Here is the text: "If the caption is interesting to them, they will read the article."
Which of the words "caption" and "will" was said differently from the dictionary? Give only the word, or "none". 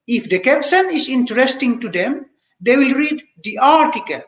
caption